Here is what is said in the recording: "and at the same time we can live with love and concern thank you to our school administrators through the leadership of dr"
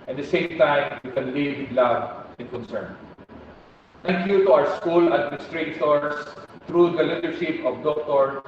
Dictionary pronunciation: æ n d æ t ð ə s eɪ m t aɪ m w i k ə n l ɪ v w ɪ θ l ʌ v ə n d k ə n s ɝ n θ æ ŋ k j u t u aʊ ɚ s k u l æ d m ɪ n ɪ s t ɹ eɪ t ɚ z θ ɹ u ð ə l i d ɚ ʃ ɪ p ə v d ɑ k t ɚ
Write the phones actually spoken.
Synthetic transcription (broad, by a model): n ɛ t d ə s eɪ m t aɪ m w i k ə n l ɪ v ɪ l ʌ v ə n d k ə n s ɝ n t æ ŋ k j u t u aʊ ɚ s k u l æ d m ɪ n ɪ s t ɹ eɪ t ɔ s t ɹ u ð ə l i d ɚ ʃ ɪ p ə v d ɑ k t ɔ